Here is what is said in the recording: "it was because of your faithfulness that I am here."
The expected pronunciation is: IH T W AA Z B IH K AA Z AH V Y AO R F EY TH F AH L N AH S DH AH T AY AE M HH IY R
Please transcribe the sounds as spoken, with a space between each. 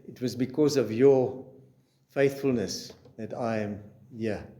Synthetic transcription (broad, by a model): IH T W AA Z B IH K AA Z AH V Y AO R F EY TH F AH L N AH S DH AH T AY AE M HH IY